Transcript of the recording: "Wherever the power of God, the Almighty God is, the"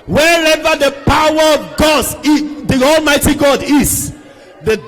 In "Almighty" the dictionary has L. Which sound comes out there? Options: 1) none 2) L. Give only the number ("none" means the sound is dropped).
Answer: 2